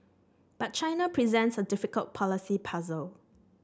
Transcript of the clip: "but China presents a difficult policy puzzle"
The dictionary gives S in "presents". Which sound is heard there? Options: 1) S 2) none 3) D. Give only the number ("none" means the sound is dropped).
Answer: 1